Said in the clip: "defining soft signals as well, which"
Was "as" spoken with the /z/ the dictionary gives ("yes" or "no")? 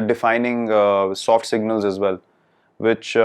yes